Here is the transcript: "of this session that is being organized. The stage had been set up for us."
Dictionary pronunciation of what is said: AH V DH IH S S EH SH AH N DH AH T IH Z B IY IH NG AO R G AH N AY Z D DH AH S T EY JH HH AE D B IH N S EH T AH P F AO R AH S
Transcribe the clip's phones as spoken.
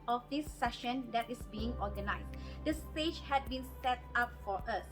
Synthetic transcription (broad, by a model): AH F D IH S S EH SH AH N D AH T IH S B IY IH NG AO G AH N AY S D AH S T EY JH HH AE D B IH N S EH T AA P F AO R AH S